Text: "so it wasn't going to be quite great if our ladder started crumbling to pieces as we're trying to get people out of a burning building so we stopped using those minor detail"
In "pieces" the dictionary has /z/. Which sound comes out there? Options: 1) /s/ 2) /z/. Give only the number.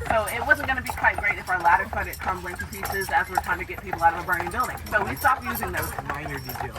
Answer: 2